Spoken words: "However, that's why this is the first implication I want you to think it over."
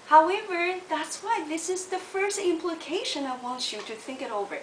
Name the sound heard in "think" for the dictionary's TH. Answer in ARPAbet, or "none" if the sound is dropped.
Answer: TH